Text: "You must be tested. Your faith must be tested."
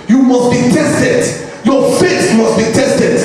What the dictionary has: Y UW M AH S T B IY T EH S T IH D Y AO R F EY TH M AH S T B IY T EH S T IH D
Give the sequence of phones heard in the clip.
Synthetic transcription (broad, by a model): Y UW M AH S T B IY T EH S T IH D Y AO F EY S M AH S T B IY T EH S T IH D